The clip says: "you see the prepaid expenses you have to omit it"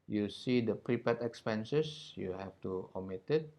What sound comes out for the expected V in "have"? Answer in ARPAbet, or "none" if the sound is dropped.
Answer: F